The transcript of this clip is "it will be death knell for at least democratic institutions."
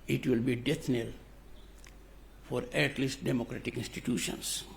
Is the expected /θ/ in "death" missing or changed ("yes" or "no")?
yes